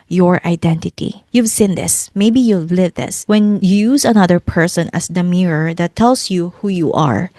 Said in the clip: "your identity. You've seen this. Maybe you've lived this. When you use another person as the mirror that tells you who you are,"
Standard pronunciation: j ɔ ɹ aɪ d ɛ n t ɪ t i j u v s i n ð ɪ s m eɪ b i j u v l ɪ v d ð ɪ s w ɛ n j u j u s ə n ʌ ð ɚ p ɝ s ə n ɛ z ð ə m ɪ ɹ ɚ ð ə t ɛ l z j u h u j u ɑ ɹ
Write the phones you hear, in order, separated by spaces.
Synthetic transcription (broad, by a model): j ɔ ɹ aɪ d ɛ n t ɪ t i j u v s i n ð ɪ s m eɪ b i j u v l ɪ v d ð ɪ s w ɛ n j u j u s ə n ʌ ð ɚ p ɝ s ə n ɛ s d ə m ɪ ɹ ɚ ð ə t ɛ l s j u h u j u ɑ ɹ